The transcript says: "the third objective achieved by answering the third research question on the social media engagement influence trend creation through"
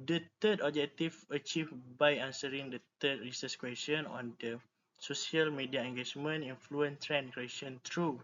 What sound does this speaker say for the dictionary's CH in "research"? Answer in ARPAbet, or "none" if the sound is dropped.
S